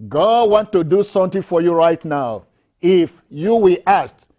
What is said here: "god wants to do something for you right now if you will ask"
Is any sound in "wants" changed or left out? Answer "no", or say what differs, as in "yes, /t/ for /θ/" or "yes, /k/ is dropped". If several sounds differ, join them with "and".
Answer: yes, /s/ is dropped